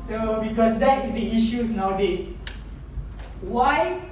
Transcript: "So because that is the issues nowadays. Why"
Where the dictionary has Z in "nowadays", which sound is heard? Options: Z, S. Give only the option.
S